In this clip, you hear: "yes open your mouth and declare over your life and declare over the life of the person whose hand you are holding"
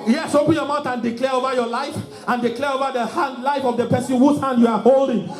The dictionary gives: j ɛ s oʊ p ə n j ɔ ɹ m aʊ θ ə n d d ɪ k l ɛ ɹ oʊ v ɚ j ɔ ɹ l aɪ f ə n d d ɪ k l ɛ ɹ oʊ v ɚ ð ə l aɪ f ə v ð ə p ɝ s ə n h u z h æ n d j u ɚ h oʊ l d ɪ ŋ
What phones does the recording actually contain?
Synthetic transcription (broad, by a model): j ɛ s oʊ p ə n j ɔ m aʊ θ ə n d d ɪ k l ɛ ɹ oʊ v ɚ j ɔ l aɪ f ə n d d ɪ k l ɛ ɹ oʊ v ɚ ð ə l aɪ f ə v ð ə p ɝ s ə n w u s h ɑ n d j u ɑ h oʊ l d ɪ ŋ